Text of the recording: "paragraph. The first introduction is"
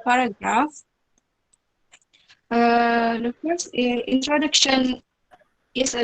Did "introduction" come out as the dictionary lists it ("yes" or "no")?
yes